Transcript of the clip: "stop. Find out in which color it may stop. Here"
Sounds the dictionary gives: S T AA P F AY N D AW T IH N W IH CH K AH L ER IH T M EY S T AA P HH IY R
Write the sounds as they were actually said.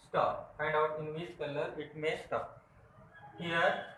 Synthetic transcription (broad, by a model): S T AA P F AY N D AW T IH N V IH S K AH L ER IH T M EY S T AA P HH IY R